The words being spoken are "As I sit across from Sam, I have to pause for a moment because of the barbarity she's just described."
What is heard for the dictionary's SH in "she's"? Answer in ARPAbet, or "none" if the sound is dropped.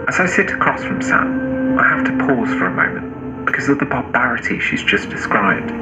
SH